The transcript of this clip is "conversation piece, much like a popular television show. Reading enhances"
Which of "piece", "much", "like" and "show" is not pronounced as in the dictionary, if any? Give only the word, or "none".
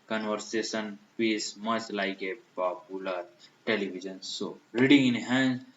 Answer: show